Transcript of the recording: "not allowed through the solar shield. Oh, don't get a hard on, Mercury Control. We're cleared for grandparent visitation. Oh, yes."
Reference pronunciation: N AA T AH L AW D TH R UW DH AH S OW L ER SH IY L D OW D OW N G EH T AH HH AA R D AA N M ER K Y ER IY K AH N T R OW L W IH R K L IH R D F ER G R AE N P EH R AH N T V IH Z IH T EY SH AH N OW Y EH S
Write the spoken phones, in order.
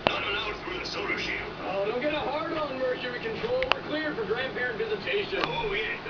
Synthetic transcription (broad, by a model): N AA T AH N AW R TH R UW DH AH S OW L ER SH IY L OW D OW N G EH T AH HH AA R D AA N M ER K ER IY K AH N T R OW L W IH R K L IH R D F ER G R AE N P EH R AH N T V IH Z IH T EY SH AH N OW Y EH